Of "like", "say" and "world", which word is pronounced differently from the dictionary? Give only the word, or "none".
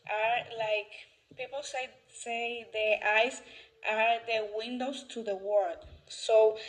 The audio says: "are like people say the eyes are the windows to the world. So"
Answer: world